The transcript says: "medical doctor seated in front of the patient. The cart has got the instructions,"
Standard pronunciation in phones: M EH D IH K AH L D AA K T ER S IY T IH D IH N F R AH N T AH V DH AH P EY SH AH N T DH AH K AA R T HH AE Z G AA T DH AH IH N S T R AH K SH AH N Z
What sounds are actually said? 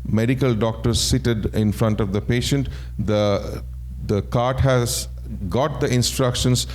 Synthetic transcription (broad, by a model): M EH D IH K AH L D AA K T ER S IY T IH D IH N F R AH N T AH V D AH P EY SH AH N T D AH K AA R T HH AE Z G AA T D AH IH N S T R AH K SH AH N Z